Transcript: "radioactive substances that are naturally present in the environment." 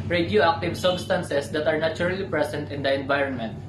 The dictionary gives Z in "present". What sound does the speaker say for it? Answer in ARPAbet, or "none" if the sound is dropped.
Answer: S